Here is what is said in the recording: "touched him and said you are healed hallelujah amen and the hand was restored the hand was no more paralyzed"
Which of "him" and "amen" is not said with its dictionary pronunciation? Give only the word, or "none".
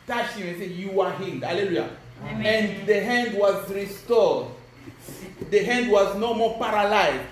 amen